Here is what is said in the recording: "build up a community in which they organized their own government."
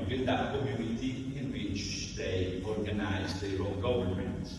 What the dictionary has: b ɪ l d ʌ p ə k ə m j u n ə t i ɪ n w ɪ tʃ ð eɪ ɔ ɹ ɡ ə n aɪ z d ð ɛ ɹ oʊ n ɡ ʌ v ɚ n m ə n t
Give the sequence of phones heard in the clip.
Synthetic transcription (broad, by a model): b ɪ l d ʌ ə k ə m j u n ə t i ɪ n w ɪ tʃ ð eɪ ɔ ɹ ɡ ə n aɪ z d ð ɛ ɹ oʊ l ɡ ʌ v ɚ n m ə n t